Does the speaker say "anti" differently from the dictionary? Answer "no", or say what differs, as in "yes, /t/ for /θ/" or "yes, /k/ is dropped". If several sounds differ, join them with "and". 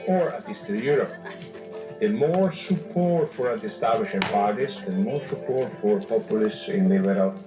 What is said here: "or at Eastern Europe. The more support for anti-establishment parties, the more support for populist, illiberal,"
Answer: yes, /n/ is dropped